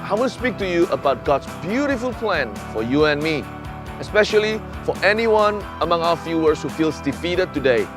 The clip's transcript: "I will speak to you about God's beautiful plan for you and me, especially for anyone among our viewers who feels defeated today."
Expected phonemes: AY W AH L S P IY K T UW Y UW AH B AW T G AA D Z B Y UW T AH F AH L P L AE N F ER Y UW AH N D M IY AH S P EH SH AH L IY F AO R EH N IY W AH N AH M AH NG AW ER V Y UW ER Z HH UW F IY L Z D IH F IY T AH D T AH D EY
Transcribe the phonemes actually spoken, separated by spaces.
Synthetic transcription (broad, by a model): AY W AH N S P IY K T UW Y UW AH B AW T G AA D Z B Y UW T AH F AH L P L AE N F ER Y UW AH N M IY AH S P EH SH AH L IY F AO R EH N IY W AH N AH M AH NG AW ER F Y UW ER S HH UW F IY L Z D IH F IY T AH D T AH D EY